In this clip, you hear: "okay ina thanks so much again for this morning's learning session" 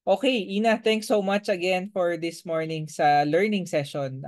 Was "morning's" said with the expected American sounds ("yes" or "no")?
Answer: no